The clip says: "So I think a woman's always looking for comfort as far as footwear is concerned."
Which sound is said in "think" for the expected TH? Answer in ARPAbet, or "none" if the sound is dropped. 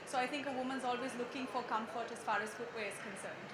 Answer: T